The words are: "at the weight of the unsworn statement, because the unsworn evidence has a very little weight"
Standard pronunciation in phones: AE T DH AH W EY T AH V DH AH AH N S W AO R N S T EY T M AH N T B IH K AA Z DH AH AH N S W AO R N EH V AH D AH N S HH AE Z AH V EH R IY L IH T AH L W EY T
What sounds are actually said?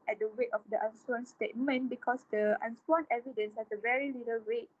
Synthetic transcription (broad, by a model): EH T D AH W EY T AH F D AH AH N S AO N S T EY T M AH N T B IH K AA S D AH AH N S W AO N EH V AH D AH N S HH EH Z AH V EH R IY L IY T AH L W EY T